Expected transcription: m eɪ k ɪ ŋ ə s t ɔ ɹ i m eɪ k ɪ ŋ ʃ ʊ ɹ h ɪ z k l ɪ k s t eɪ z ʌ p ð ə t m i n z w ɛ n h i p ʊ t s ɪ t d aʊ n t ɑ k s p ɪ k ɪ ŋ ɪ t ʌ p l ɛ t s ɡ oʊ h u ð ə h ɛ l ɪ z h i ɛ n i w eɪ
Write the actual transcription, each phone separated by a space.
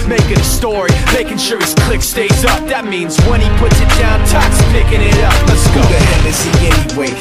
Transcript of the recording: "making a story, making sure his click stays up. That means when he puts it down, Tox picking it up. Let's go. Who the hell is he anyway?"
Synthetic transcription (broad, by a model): m eɪ k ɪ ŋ ə s t ɔ ɹ i m eɪ k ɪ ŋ ʃ ʊ ɹ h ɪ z k l ɪ k s t eɪ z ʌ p ð ə t m i n z w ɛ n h i p ʊ t s ɪ t d aʊ n t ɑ k s p ɪ k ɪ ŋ ɪ t ʌ p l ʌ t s ɡ oʊ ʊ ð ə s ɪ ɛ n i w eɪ